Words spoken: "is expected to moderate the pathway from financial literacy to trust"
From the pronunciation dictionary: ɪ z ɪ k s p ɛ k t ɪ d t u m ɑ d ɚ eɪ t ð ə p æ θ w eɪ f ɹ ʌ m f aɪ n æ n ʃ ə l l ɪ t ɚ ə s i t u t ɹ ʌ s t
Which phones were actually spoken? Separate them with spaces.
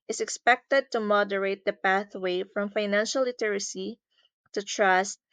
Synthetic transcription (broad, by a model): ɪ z ɪ k s p ɛ k t ɪ d t u m ɑ d ɚ eɪ t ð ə p æ θ w eɪ f ɹ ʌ m f aɪ n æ n ʃ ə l l ɪ t ɚ ə s i t u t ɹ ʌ s t